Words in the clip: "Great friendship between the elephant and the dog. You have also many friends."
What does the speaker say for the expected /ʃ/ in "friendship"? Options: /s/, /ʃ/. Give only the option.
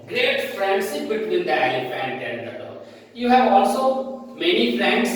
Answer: /s/